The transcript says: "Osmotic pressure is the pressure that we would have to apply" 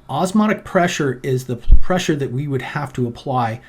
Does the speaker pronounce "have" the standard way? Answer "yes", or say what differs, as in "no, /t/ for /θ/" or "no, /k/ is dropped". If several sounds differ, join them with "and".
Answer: no, /f/ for /v/